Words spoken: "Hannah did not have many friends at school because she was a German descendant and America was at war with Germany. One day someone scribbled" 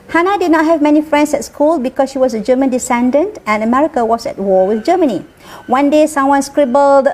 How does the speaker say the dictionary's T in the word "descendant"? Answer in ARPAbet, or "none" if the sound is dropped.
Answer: T